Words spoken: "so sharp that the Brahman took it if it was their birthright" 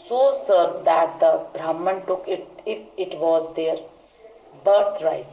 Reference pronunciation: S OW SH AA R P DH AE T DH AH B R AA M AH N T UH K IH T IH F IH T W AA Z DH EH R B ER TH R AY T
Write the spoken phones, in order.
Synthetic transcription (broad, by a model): S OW S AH R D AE T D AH B R AA M AH N T UH K IH T IH F IH T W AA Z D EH R B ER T R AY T